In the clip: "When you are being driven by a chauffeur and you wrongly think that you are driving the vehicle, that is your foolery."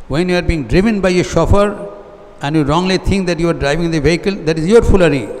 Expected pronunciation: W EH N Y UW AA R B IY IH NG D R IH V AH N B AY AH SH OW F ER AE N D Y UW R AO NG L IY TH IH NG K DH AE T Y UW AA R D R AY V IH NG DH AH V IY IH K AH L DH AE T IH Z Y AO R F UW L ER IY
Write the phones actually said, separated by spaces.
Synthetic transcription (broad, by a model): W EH N Y UW AA R B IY NG D R IH V AH N B AY AH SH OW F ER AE N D Y UW R AO NG L IY T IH NG K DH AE T Y UW AA R D R AY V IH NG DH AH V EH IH K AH L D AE T IH Z Y AO R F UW L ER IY